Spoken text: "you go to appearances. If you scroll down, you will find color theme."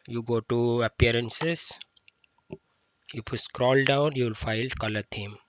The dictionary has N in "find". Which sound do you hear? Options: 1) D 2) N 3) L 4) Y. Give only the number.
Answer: 3